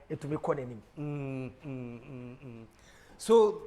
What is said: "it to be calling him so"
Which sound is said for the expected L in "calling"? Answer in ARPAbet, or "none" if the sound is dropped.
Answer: N